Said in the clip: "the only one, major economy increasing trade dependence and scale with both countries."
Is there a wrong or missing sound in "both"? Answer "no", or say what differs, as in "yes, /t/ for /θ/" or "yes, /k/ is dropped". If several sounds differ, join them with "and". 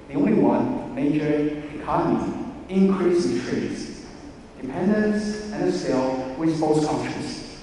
yes, /s/ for /θ/